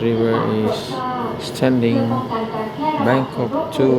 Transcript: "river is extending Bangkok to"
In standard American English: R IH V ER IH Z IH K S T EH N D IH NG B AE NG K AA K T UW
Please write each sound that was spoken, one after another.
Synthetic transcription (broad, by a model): R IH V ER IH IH S T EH N D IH NG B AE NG K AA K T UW